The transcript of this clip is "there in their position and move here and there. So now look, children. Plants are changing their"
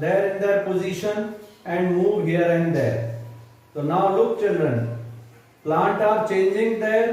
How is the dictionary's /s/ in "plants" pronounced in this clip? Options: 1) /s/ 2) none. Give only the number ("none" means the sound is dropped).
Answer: 2